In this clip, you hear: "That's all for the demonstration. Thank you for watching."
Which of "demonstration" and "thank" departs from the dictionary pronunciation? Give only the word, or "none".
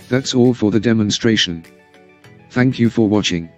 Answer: none